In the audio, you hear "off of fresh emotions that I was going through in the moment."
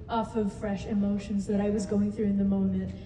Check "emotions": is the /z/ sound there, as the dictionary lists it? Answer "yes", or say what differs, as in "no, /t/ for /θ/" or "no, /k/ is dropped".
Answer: yes